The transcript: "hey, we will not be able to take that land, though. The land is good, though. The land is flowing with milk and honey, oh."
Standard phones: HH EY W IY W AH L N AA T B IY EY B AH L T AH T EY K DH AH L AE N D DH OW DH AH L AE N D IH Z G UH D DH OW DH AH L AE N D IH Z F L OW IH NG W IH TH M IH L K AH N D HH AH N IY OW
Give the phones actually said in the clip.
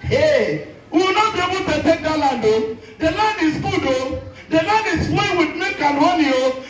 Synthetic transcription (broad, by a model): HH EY W IY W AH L N AA T B IY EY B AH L T AH T EY K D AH L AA N D OW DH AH L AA N D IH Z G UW D OW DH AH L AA N D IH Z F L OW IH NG W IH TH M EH K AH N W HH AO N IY OW